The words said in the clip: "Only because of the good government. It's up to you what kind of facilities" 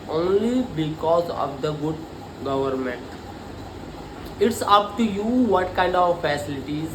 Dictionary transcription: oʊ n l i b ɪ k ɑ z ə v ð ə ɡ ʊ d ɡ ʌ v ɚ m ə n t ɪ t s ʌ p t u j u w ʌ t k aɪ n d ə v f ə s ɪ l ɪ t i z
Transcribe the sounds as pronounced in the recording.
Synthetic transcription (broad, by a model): oʊ n l i b ɪ k ɑ z ə v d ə ɡ ʊ d ɡ ʌ v ɚ m ə n t ɪ t s ʌ p t u j u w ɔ t k aɪ n d ə v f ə s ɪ l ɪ t i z